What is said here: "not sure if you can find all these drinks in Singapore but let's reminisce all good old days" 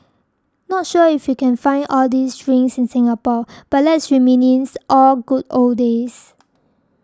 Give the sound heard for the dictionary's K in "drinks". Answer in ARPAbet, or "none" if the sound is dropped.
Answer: none